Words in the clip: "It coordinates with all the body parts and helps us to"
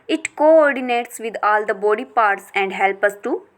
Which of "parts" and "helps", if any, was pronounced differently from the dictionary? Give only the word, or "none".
helps